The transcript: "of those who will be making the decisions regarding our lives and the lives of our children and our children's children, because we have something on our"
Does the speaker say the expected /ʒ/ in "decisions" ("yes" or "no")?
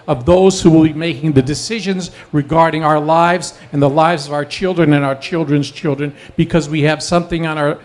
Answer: yes